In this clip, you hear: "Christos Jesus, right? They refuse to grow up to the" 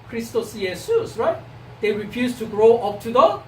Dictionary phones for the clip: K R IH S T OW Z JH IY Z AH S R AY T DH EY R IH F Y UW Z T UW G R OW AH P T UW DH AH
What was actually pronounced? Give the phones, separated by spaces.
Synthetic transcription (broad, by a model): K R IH S T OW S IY S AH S R AY T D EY R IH F Y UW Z T UW G R OW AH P T UW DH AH